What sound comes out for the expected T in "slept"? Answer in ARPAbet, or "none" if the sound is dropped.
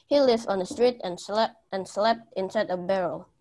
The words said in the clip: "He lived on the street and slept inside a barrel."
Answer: T